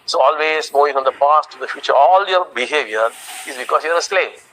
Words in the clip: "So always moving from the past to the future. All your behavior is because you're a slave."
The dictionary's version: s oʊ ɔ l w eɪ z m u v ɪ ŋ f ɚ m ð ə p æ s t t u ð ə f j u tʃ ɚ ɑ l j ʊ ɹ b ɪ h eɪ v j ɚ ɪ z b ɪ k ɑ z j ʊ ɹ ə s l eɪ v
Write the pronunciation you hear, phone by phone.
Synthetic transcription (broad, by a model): s oʊ ɔ l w eɪ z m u ɪ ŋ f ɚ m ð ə p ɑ s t t u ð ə f j u tʃ ɚ ɑ l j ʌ ɹ b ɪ h eɪ v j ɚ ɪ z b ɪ k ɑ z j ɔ ɹ ə s l eɪ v